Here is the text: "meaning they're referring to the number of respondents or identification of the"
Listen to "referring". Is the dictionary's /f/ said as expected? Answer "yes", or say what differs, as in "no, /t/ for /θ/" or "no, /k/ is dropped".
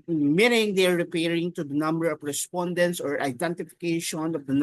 no, /p/ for /f/